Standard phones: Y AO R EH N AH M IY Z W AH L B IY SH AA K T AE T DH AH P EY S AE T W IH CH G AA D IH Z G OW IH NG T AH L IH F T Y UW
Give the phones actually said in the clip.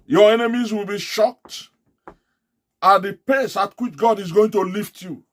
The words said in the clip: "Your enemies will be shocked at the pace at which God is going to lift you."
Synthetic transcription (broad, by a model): Y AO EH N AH M IY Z W AH L B IY SH AA K T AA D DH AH P EY S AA T W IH CH G AA D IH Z G OW IH NG T AH L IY F T Y UW